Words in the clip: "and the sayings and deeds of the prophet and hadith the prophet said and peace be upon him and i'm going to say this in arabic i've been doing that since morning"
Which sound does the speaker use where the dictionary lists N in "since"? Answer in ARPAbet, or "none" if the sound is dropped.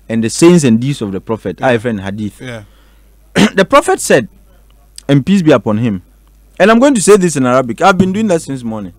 N